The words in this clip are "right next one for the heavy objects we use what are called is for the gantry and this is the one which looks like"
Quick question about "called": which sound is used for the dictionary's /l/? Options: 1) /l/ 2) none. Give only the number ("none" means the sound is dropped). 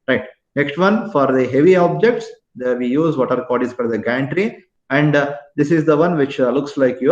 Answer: 2